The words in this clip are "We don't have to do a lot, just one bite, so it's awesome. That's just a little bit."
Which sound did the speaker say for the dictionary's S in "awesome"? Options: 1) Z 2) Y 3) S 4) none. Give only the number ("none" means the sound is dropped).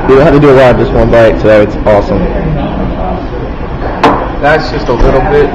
3